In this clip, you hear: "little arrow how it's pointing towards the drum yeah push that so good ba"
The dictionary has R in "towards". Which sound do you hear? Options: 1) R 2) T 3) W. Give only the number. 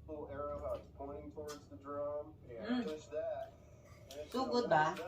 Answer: 1